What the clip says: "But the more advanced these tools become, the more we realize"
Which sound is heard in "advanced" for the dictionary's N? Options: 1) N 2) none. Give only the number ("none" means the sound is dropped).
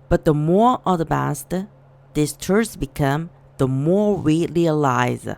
2